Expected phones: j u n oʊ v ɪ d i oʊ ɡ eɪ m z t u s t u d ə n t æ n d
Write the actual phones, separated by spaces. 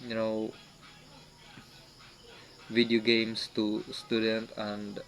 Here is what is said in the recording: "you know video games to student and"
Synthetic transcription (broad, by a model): j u n oʊ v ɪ d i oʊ ɡ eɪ m s t u s t u d ə n t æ n d